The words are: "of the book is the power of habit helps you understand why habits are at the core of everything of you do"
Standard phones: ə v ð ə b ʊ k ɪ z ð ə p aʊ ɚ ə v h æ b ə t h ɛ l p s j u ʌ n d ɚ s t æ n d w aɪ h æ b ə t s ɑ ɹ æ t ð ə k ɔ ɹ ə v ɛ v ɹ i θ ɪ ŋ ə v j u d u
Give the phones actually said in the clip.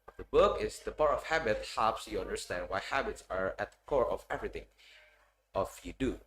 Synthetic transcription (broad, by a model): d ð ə b ʊ k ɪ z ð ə p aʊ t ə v h æ b ə t h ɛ p s j u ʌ n d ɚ s t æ n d w aɪ h æ b ə t s ɑ ɹ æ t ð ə k ɔ ɹ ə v ɛ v ɹ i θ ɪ ŋ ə f j u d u